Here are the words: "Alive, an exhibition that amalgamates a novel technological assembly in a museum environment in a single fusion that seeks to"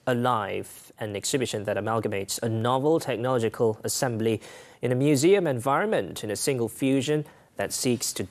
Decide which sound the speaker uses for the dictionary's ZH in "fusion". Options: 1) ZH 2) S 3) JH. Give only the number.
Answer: 1